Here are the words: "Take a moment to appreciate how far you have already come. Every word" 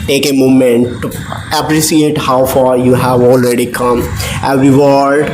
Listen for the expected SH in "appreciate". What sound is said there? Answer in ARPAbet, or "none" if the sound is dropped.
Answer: S